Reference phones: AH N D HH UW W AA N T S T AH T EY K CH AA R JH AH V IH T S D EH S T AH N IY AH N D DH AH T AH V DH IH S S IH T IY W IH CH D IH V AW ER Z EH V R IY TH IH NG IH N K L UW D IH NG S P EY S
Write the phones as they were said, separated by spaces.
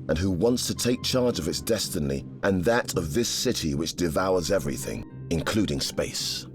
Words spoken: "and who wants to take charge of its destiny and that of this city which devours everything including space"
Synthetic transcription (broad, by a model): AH N HH UW W AA N T S T AH T EY K CH AA R JH AH V IH T S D EH S T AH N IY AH N DH AH T AH V DH IH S S IH T IY W IH CH D IH V AW ER Z EH V R IY TH IH NG IH N K L UW D IH NG S P EY S